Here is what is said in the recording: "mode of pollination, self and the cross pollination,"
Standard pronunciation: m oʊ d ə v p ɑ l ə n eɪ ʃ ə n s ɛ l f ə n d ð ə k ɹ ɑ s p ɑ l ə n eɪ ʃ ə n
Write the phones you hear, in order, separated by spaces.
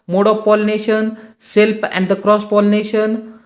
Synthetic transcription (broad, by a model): m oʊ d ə p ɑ l n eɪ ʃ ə n s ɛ l p ə n d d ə k ɹ ɑ s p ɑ l n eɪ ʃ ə n